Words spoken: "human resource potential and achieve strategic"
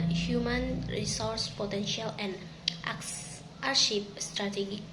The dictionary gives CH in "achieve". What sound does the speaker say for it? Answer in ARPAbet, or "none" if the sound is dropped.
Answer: SH